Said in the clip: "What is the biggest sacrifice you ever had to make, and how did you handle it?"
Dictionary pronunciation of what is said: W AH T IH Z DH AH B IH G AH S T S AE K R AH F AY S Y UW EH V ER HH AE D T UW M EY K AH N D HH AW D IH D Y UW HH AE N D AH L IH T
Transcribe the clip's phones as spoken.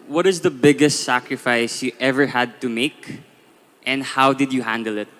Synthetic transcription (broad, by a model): W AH T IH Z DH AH B IH G AH S T S AE K R AH F AY S Y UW EH V ER HH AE D T UW M EY K AH N D HH AW D IH D Y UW HH AE N D AH L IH T